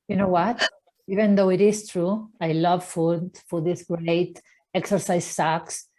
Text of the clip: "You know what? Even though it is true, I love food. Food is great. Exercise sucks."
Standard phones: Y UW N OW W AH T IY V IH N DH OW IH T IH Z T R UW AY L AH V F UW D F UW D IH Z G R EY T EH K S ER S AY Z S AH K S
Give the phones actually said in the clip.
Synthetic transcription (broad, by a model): Y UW N OW W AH T IY V IH N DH OW IH T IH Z T R UW AY L AH V F UW D F UW D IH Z G R EY T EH K S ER S AY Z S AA K S